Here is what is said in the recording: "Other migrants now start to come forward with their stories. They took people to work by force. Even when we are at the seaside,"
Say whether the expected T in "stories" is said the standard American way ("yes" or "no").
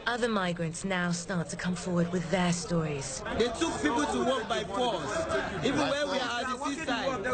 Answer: yes